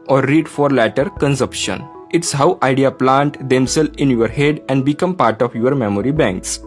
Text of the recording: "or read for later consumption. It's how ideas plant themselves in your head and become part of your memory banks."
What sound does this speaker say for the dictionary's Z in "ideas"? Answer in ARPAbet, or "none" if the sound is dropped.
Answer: none